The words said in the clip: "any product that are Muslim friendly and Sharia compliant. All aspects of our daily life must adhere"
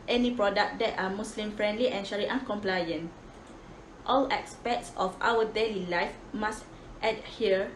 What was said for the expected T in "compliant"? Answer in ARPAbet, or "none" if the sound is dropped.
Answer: T